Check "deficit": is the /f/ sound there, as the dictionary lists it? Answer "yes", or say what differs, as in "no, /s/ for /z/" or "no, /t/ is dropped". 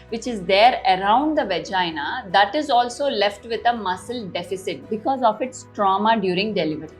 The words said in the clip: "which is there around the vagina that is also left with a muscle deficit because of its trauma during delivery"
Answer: yes